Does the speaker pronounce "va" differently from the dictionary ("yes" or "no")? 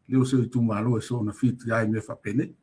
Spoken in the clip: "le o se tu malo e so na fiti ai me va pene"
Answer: yes